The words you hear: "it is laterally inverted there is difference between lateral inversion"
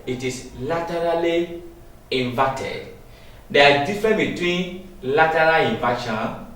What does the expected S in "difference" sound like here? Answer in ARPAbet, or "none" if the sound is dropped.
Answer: none